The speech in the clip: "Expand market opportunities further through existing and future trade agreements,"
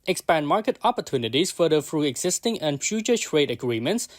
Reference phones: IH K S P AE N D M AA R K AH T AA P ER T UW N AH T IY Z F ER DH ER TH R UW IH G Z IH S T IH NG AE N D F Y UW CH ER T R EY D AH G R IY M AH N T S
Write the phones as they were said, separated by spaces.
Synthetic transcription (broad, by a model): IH K S P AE N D M AA R K AH T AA P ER T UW N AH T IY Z F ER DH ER F R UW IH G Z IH S T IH NG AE N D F Y UW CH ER T R EY D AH G R IY M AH N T S